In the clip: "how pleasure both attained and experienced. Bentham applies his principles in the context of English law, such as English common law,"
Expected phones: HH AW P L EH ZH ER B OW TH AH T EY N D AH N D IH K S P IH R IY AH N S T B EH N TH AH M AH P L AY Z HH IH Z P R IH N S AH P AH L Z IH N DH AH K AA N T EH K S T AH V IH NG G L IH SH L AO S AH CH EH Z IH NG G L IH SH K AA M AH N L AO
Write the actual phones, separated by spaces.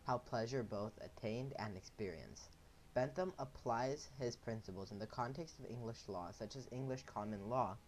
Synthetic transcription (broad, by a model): HH AW P L EH ZH ER B OW TH AH T EY N D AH N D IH K S P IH R IY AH N S B EH N TH AH M AH P L AY Z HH IH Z P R IH N S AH P L Z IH N DH AH K AA N T EH K S T AH V IH NG G L IH SH L AO S AH CH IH Z IH NG G L IH SH K AA M AH N L AO